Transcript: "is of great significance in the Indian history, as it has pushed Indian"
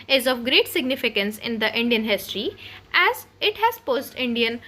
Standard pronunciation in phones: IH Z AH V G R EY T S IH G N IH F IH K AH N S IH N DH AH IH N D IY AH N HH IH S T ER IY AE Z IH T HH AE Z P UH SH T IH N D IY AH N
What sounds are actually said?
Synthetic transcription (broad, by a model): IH Z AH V G R EY T S IH G N IH F IH K AH N S IH N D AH IH N D IY AH N HH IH S T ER IY AE Z IH T HH AE Z P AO S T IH N D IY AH N